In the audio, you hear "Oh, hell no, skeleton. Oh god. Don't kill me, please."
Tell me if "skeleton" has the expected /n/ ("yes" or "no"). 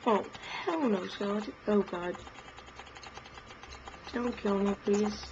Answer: no